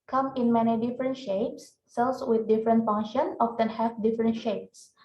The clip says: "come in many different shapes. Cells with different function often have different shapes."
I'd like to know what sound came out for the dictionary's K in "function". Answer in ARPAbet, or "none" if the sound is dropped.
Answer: none